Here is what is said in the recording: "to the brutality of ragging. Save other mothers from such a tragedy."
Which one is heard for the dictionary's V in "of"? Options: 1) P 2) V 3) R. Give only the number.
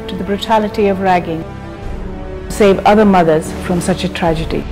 2